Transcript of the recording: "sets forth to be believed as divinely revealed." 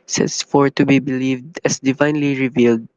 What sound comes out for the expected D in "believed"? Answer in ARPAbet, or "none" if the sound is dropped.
D